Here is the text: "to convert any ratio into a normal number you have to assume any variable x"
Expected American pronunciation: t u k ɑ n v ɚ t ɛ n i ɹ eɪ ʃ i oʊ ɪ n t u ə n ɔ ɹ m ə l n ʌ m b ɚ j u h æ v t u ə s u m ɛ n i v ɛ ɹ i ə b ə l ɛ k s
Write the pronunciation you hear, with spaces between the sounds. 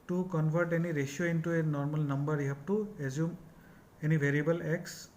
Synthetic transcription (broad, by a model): t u k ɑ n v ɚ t ɛ n i ɹ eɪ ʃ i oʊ ɪ n t u ə n ɔ ɹ m ə l n ʌ m b ɚ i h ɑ p t u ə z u m ɛ n i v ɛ ɹ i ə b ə l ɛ k s